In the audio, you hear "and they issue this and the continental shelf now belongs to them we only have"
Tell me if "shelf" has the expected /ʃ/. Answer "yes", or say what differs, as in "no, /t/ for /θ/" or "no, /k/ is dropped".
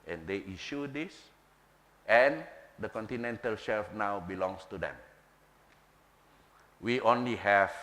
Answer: yes